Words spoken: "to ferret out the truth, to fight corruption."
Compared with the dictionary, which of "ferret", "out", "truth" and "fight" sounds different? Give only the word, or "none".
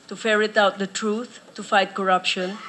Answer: truth